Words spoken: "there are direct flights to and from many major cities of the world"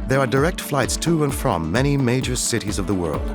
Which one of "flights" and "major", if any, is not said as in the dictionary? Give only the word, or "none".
none